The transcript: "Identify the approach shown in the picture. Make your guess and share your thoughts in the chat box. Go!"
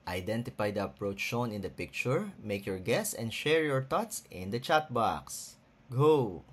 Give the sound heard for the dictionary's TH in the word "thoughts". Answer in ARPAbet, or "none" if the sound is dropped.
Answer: T